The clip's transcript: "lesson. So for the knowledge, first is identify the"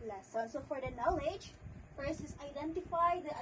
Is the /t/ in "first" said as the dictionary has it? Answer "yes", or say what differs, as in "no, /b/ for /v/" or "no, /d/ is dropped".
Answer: no, /t/ is dropped